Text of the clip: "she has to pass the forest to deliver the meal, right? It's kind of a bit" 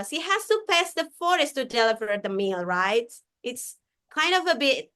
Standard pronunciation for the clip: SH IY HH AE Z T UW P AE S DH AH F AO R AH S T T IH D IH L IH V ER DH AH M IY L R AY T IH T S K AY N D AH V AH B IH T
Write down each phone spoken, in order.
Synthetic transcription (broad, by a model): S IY HH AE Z T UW P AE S DH AH F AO R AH S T T IH D IH L IH V ER DH AH M IY L R AY T IH T S K AY N D AH V AH B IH T